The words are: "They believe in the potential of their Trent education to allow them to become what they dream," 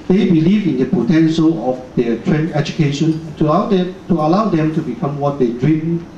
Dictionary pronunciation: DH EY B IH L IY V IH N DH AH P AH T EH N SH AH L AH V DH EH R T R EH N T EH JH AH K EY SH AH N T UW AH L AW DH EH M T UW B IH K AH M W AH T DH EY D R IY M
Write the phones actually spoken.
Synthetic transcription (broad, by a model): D EY B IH L IY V IH N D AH P AH T EH N SH AH L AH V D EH T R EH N EH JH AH K EY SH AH N T UW AH L AW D EH M T UW B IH K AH M W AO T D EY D R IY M